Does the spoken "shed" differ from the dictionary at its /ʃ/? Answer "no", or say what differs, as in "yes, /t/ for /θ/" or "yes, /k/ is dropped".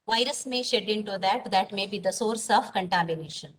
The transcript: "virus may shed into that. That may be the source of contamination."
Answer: no